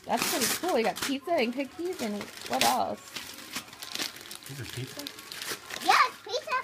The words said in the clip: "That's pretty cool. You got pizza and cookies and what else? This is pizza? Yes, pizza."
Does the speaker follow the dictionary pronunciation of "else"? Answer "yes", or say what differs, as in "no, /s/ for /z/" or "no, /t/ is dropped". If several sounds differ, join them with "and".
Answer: yes